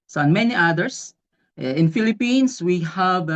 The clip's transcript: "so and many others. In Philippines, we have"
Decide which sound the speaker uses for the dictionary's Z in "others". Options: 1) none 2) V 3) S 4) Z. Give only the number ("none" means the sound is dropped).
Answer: 3